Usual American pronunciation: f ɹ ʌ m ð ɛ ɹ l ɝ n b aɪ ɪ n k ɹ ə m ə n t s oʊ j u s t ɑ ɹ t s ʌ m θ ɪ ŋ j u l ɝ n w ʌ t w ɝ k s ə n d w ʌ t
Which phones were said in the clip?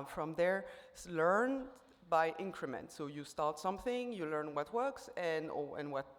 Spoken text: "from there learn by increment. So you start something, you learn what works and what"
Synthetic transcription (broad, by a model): f ɹ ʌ m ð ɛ ɹ l ɝ n b aɪ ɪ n k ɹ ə m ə n t s oʊ j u s t ɑ ɹ t s ʌ m θ ɪ ŋ j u l ɝ n w ʌ t w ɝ k s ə n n w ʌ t